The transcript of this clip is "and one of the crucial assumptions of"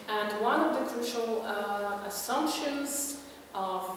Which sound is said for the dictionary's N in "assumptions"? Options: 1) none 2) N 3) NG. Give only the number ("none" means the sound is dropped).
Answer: 2